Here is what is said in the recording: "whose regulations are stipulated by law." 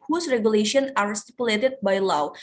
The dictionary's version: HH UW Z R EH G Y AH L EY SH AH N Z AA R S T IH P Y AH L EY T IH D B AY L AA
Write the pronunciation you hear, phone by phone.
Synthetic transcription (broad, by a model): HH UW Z R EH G Y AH L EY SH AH N AA R S T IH P Y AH L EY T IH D B AY L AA